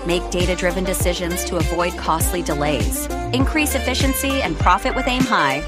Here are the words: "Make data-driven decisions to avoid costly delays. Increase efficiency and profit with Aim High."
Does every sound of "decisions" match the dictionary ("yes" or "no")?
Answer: yes